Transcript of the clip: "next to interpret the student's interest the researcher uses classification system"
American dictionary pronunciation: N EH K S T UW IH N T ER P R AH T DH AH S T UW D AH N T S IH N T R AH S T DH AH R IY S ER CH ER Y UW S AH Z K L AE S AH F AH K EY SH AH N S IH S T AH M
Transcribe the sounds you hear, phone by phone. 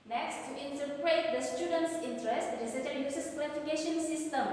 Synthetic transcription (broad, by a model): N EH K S T UW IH N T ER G R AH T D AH S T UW D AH N T S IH N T R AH S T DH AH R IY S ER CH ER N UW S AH S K W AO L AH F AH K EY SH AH N S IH S T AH M